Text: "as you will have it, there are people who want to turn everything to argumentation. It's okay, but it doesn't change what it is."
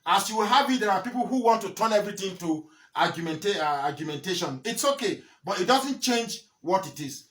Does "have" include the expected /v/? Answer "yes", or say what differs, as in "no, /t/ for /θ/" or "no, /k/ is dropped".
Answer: no, /b/ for /v/